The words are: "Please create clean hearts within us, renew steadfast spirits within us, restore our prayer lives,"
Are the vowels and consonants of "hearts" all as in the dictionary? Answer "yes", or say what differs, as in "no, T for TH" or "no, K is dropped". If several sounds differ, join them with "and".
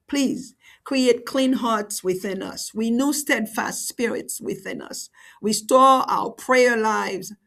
yes